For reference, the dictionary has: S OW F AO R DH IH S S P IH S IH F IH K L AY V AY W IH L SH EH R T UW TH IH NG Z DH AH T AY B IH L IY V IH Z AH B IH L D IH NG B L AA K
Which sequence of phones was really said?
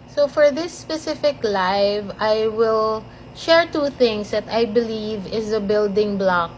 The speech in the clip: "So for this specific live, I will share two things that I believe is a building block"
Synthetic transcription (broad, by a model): S OW F AO R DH IH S S P IH S IH F IH K L AY V AY W IH L SH EH R T UW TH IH NG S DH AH T AY B IH L IY V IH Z AH B IH L D IH NG B L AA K